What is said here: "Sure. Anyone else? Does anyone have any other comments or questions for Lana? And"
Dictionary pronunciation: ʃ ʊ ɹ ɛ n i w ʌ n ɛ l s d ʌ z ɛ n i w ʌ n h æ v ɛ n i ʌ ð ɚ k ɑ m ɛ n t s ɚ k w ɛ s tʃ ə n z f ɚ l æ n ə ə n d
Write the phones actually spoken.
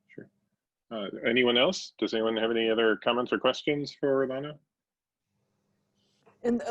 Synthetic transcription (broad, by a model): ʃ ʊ ɹ ɛ n i w ʌ n ɛ l s d ʌ z ɛ n i w ʌ n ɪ v ɛ n i ʌ ð ɚ k ɑ m ɛ n t s ɚ k w ɛ s tʃ ə n z f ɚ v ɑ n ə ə n